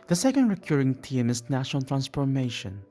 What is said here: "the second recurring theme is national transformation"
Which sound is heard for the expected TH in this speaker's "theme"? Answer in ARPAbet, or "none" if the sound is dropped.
T